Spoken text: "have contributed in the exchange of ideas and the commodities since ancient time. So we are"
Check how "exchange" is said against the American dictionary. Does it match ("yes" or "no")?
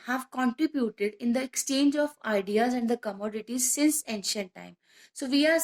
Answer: yes